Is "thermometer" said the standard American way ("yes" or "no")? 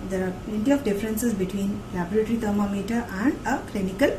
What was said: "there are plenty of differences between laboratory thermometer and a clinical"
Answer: no